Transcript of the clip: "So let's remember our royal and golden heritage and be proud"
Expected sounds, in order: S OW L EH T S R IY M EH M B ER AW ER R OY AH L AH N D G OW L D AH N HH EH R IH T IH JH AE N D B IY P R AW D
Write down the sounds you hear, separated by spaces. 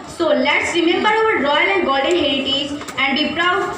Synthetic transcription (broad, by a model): S OW L EH T S R IY M EH M B ER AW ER R OY AH L AH N D G OW L D AH N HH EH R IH T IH Z AE N D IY P R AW